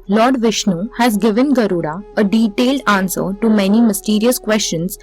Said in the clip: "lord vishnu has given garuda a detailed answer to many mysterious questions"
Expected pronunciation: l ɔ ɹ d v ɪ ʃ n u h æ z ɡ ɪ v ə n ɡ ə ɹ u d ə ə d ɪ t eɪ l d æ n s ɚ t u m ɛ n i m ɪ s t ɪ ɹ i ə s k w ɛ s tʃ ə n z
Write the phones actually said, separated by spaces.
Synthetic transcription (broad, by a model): l ɔ ɹ d v ɪ ʃ n u h æ z ɡ ɪ v ə n ɡ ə ɹ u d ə ə d ɪ t eɪ l d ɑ n s ɚ t u m ɛ n i m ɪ s t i ɹ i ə s k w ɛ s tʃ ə n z